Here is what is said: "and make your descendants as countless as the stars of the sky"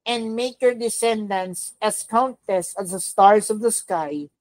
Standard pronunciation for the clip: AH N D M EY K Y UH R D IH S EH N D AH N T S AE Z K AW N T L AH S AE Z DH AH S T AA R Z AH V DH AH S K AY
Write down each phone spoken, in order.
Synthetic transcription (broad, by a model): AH N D M EY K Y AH R D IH S EH N D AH N S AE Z K AW N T AH S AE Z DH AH S T AA R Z AH V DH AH S K AY